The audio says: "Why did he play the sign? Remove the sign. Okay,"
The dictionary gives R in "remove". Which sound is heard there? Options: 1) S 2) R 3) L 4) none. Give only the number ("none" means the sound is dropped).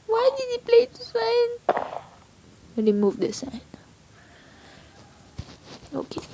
3